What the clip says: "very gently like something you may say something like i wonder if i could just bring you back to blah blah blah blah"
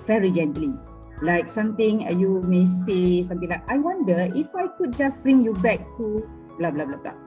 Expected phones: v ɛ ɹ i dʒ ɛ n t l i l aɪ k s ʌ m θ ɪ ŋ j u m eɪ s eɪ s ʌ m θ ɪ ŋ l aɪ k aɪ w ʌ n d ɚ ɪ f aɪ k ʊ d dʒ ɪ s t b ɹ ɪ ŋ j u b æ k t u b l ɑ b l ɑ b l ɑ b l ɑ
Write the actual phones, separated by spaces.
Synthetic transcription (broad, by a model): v ɛ ɹ i dʒ ɛ n t l i l aɪ k s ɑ m t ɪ ŋ j u m eɪ s eɪ s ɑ m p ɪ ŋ l aɪ k aɪ w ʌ n d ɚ ɪ f aɪ k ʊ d dʒ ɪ s b ɹ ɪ ŋ j u b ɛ k t u b l ɑ b l ɑ b l ɑ b l ɑ